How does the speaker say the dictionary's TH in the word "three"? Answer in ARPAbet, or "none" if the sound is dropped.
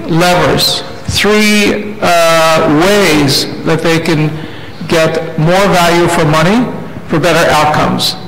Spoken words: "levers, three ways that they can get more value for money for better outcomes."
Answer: TH